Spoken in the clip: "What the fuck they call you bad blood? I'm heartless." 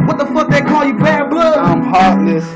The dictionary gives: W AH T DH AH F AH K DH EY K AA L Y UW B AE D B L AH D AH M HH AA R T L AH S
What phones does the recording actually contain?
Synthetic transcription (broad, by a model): W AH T DH AH F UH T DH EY K AA L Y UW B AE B AH AH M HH AA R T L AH S